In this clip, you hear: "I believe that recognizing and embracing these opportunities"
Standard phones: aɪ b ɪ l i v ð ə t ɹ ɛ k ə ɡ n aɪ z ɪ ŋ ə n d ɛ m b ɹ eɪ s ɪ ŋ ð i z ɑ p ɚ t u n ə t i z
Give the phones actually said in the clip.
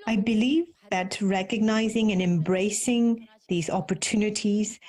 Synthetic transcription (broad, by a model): aɪ b ɪ l i v ð ə t ɹ ɛ k ə ɡ n aɪ z ɪ ŋ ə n ɛ m b ɹ eɪ s ɪ ŋ ð i z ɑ p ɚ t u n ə t i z